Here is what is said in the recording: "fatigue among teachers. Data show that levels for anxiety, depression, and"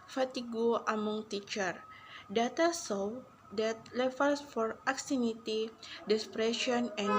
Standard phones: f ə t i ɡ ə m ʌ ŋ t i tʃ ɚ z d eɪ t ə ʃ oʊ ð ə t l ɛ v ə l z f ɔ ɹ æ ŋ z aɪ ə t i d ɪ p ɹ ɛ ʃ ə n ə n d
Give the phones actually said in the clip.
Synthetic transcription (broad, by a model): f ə t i ɡ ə m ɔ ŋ t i tʃ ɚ d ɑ t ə s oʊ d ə t l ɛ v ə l s f ɔ ɹ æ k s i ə t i d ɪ p ɹ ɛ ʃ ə n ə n